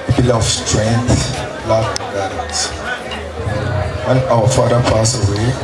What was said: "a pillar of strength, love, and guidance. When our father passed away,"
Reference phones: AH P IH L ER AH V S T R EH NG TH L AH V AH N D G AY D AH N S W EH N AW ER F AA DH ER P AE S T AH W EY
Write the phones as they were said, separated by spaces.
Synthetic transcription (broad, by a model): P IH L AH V S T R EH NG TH L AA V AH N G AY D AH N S W EH N AW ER F AA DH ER P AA S AH W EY